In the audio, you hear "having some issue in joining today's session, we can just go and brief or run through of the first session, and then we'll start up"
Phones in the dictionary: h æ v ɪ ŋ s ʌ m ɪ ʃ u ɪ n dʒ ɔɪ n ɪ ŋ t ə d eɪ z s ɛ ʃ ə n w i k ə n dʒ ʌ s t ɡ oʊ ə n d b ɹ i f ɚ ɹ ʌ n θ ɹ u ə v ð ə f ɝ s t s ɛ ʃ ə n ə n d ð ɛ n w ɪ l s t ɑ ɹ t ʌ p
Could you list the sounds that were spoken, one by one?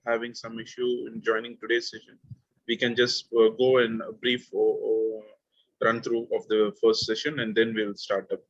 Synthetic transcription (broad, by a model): h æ v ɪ ŋ s ʌ m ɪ ʃ u ɪ n dʒ ɔɪ n ɪ ŋ t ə d eɪ s ɛ ʃ ə n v i k ə n dʒ ʌ s t ɡ oʊ ə n d b ɹ i f ɹ ʌ n t ɹ u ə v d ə f ɝ s t s ɛ ʃ ə n ə n d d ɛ n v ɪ l s t ɑ ɹ t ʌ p